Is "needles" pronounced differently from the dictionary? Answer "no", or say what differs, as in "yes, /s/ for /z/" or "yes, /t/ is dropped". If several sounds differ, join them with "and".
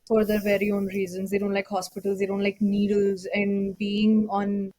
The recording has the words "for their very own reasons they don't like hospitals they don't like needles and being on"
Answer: no